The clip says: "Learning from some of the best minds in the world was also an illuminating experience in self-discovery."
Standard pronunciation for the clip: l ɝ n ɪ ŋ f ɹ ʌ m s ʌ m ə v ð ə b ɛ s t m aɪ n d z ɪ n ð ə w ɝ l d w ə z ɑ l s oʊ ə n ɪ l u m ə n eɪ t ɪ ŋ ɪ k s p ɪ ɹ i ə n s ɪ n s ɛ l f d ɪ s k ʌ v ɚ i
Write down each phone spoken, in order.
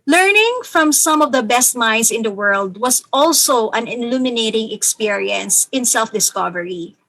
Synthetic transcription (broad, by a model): l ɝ n ɪ ŋ f ɹ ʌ m s ʌ m ə v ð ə b ɛ s t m aɪ n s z ɪ n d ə w ɝ l d w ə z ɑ l s oʊ ə n ɪ l u m ə n eɪ t ɪ ŋ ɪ k s p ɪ ɹ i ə n s ɪ n s ɛ l f d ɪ s k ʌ v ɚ i